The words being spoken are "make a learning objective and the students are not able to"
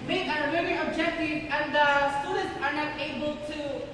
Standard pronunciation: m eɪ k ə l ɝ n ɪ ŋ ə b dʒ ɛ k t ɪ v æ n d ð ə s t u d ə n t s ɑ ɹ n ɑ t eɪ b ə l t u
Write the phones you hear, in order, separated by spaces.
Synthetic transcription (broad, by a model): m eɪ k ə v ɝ ɪ ə b dʒ ɛ k t ɪ v æ n d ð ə s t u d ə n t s ɑ ɹ n ɑ t eɪ b ə l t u